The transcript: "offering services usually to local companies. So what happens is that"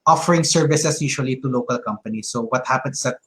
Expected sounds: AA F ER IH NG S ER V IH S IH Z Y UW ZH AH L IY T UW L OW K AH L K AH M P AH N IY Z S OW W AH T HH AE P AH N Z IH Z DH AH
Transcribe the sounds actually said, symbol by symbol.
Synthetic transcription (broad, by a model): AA F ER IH NG S ER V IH S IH S Y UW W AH L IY T UW L OW K AH L K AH M P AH N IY S OW W AH T HH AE P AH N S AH